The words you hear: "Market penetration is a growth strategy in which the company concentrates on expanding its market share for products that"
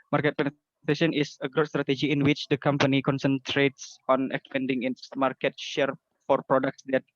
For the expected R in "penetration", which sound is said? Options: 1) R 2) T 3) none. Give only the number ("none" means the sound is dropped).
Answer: 3